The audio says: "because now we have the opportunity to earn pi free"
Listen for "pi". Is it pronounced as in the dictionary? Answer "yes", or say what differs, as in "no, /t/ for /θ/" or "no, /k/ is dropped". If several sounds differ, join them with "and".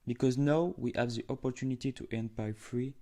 no, /b/ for /p/